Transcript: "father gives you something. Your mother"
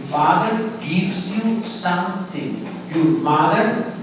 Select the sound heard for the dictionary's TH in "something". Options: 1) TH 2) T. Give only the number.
2